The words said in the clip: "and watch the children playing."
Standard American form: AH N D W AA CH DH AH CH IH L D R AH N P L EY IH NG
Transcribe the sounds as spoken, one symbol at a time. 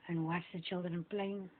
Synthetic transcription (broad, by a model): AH N W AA S DH AH CH IH L D R AH N P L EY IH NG